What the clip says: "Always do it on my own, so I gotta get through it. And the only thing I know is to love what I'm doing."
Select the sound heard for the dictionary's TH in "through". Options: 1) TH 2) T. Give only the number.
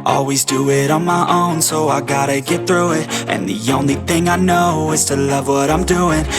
1